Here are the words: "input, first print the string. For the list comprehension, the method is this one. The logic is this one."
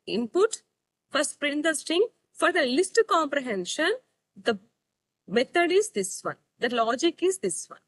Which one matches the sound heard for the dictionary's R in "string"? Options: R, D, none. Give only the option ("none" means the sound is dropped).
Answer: none